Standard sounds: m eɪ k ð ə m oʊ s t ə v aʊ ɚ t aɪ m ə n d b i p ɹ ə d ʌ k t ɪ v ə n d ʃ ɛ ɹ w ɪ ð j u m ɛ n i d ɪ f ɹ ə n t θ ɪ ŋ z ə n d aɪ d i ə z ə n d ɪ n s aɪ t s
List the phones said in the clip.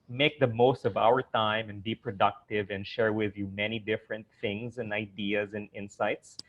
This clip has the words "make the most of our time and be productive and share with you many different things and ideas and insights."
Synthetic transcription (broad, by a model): m eɪ k ð ə m oʊ s t ə v aʊ ɚ t aɪ m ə n b i p ɹ ə d ʌ k t ɪ v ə n ʃ ɛ ɹ w ɪ ð j u m ɛ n i d ɪ f ɹ ə n t θ ɪ ŋ z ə n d aɪ d i ə z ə n ɪ n s aɪ t s